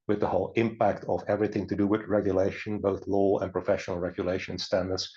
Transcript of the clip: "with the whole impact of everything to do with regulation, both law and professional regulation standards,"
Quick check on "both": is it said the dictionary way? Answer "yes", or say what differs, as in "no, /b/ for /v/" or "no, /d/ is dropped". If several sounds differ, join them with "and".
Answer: yes